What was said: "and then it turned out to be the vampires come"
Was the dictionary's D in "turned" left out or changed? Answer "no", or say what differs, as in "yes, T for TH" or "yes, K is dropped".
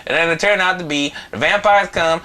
yes, D is dropped